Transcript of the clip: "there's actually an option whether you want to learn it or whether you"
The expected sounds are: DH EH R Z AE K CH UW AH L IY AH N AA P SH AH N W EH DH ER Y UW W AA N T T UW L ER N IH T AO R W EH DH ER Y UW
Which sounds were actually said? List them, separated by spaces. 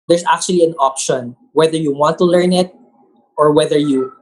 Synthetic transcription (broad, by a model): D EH R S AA K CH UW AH L IY AH N AA P SH AH N W EH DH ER Y UW W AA N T T UW L ER N IH T AO R W EH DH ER Y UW